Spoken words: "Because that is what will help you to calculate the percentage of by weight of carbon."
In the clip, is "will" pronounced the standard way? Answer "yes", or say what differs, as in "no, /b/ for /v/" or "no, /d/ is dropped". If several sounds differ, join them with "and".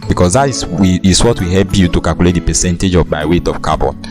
no, /w/ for /l/